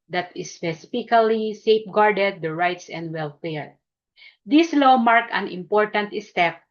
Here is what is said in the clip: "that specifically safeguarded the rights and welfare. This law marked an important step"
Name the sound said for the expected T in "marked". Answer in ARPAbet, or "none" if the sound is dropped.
none